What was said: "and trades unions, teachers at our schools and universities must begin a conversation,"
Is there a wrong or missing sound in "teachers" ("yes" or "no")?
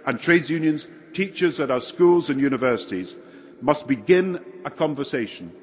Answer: no